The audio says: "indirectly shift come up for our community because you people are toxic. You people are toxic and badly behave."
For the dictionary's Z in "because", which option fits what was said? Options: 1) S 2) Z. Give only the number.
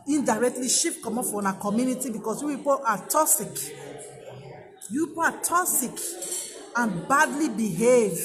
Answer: 1